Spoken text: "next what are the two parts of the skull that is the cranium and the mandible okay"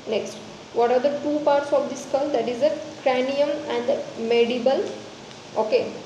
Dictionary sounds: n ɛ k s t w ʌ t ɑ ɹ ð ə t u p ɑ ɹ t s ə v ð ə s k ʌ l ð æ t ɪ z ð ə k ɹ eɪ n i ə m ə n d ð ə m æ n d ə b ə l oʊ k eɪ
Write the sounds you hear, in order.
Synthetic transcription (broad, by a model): n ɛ k s t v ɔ t ɑ ɹ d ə t u p ɑ ɹ t s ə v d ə s k ʌ l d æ t ɪ z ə k ɹ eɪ n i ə m ə n d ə m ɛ d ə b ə l oʊ k eɪ